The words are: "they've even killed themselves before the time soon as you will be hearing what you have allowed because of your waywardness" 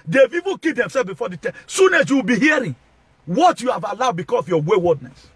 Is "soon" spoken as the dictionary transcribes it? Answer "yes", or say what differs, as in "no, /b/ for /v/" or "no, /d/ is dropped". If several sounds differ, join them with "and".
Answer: yes